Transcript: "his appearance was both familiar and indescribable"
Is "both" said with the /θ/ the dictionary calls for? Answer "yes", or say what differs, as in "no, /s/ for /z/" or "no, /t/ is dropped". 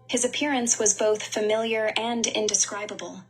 yes